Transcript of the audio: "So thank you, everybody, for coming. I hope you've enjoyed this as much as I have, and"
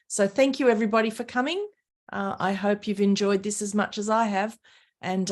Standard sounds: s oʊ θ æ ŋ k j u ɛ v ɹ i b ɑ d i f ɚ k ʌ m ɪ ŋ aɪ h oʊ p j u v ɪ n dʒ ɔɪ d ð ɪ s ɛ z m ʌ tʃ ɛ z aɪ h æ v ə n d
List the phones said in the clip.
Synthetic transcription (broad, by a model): s oʊ θ æ ŋ k j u ɛ v ɹ i b ɑ d i f ɚ k ʌ m ɪ ŋ aɪ h oʊ p j u v ɪ n dʒ ɔɪ d ð ɪ s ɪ z m ʌ tʃ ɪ z aɪ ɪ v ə n